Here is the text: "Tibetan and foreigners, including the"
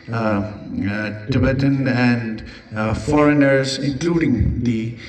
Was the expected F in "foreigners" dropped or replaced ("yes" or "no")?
no